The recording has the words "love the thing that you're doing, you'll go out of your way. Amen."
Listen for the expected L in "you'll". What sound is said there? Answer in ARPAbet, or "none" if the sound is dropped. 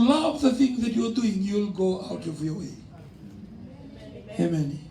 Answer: L